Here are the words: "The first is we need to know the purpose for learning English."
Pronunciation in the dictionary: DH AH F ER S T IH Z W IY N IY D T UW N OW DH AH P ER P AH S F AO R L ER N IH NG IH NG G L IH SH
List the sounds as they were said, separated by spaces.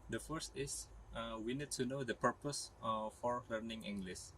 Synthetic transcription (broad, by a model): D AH F ER S T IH S W IY N IY D T UW N OW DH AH P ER P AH S F AO R L ER N IH NG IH NG G L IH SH